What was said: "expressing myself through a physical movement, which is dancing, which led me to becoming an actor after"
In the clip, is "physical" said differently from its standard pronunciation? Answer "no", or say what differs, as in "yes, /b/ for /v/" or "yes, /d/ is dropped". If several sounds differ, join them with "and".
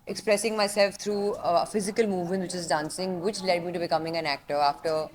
no